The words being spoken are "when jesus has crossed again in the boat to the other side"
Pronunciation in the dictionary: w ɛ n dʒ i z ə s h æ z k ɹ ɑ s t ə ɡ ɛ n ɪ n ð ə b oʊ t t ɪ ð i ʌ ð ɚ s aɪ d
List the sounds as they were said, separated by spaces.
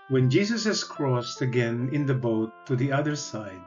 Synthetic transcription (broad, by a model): w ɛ n dʒ i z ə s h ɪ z k ɹ ɑ s t ə ɡ ɛ n ɪ n ð ə b oʊ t t ɪ ð i ʌ ð ɚ s aɪ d